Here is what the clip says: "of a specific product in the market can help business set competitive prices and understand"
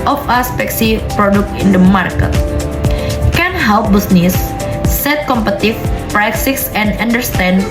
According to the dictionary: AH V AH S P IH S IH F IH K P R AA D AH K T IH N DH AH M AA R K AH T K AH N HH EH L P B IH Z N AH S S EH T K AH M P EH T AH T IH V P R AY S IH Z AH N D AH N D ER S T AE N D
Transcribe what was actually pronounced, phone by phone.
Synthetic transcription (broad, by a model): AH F AH S P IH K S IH P R AA D AH K T IH N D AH M AA R K AH T K AH N HH EH L P B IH S N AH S S EH T K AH M P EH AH T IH F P R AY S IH S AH N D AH N D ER S T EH N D